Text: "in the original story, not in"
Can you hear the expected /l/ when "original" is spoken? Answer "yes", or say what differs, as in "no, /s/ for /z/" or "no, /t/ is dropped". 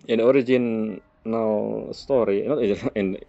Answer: no, /w/ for /l/